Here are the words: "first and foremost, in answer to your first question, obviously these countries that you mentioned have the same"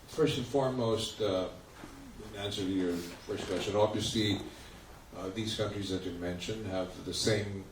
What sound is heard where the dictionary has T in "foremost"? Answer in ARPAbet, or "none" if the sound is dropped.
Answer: T